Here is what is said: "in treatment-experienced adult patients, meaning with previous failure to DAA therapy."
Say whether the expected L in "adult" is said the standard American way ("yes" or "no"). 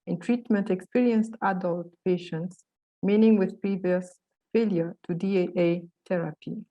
yes